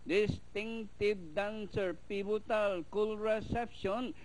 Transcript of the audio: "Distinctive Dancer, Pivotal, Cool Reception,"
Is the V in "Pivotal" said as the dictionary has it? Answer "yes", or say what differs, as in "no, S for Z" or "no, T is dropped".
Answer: no, B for V